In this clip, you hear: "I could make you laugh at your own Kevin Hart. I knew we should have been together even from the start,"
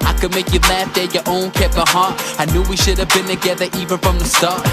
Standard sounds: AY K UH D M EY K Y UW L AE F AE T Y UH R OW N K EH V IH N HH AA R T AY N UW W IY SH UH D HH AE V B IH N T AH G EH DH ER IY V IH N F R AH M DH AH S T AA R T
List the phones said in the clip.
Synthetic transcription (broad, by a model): AY K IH D M EY K Y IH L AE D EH Y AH R OW N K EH P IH HH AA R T AY N UW W IY SH UH D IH V B IH N T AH G EH DH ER IY V IH N F R AH M DH AH S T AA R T